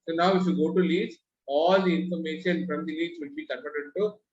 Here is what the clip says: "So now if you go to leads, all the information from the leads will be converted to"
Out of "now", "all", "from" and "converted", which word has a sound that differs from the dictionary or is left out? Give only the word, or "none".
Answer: converted